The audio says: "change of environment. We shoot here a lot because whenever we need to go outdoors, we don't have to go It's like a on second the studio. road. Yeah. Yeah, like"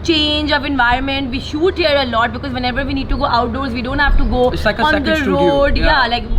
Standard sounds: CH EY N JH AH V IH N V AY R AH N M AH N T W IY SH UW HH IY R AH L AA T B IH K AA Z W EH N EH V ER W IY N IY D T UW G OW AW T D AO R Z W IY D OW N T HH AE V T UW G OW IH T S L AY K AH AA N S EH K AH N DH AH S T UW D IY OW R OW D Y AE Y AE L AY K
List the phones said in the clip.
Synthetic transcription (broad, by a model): CH EY N JH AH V IH N V AY R AH N M AH N T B IY SH UW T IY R AH L AA T B IH K AA Z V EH N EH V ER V IY N IY D T UW G OW AW T D AO R Z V IY D OW N T HH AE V T UW G OW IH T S L AY K AH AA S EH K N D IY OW R OW D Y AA L AY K